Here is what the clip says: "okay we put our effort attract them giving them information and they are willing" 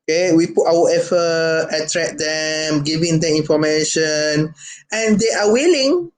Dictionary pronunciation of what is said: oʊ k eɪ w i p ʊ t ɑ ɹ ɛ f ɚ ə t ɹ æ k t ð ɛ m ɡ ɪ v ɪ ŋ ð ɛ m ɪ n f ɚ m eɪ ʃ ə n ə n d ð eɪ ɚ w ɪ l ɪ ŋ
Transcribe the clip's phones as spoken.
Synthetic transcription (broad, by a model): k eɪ w i p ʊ t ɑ w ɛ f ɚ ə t ɹ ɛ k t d ɛ m ɡ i v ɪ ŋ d ɛ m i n f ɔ m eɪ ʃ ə n ə n d eɪ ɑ w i l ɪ ŋ